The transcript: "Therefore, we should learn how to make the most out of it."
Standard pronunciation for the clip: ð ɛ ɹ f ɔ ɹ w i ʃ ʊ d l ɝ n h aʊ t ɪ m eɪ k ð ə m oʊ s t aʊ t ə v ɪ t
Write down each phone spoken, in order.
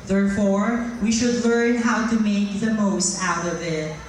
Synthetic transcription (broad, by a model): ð ɛ ɹ f ɔ ɹ w i ʃ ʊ d l ɝ n h aʊ t ɪ m eɪ k ð ə m oʊ s t aʊ t ə v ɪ t